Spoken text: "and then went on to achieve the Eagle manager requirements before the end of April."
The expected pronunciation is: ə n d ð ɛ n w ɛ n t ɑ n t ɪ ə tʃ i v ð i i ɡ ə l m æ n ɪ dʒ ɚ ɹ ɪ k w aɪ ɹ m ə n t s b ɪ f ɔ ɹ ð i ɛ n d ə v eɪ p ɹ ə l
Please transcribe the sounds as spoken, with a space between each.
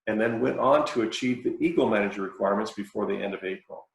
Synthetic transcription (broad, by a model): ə n ð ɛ n w ɛ n t n t ɪ ə tʃ i v ð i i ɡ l m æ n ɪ dʒ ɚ ɹ ɪ k w aɪ ɹ m ə n t s b ɪ f ɔ ɹ ð i ɛ n d ə v eɪ p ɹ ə l